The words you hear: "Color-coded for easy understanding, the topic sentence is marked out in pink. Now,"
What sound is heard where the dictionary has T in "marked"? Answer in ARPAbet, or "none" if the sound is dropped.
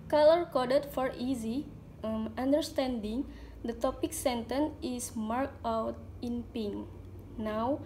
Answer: none